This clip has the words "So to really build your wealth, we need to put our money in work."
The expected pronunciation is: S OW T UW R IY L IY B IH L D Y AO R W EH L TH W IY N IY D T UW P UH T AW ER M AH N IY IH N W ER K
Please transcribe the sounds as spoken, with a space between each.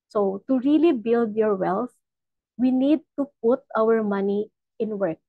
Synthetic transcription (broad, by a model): S OW T UW R IY L IY B IH L D Y AO R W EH L S W IY N IY D T UW P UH T AW ER M AH N IY IH N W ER K